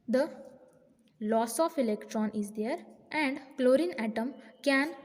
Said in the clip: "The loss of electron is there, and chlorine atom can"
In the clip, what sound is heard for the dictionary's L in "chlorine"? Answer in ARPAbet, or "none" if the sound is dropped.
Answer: L